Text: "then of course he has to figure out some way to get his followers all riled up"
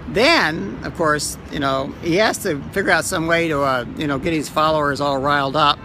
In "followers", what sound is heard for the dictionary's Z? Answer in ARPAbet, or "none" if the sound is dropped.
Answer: Z